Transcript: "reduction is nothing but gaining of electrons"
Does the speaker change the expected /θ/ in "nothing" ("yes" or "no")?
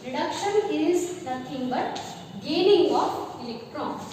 yes